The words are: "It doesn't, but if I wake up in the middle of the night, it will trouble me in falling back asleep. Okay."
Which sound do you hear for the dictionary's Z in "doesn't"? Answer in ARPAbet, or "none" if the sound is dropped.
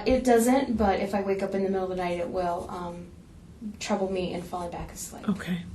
Z